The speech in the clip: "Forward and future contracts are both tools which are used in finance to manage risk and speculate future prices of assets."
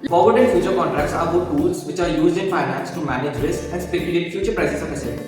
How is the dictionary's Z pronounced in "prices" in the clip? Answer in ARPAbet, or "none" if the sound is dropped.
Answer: S